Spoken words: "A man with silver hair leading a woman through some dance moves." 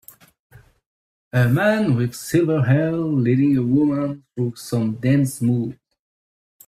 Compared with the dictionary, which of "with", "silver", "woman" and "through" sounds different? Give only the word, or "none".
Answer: none